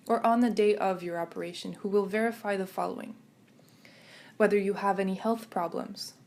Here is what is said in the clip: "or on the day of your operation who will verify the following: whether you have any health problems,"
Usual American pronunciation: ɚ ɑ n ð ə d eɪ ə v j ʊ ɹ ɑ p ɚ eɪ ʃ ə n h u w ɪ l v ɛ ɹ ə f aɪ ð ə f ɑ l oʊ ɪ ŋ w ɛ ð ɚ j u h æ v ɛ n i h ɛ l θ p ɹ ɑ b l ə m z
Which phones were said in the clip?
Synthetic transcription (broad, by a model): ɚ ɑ n ð ə d eɪ ə v j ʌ ɹ ɑ p ɚ eɪ ʃ ə n h u w ɪ l v ɛ ɹ ə f aɪ ð ə f ɑ l oʊ ɪ ŋ w ɛ ð ɚ j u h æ v ɛ n i h ɛ l θ p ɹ ɑ b l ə m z